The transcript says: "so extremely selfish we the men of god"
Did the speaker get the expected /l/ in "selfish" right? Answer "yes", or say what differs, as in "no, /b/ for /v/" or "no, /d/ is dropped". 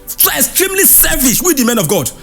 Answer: no, /l/ is dropped